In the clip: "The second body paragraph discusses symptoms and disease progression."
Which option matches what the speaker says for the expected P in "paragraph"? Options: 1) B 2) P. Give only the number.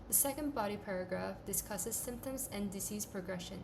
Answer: 2